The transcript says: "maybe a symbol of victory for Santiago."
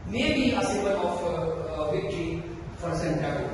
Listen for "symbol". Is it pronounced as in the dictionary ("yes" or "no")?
no